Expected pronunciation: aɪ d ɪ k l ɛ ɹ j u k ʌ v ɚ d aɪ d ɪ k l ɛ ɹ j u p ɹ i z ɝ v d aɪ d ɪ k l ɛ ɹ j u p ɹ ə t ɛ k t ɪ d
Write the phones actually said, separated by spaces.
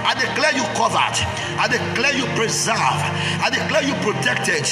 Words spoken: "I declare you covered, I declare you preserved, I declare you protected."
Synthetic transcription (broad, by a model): aɪ d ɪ k l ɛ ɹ j u k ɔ v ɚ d aɪ d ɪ k l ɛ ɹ j u p ɹ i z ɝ v aɪ d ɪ k l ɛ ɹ j u p ɹ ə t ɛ k t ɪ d